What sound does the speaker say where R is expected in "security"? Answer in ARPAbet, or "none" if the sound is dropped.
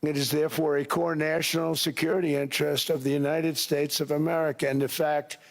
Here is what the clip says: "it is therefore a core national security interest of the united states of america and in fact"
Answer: R